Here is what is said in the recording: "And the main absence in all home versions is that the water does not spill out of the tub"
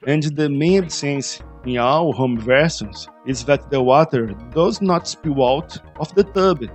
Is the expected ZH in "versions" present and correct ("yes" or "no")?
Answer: no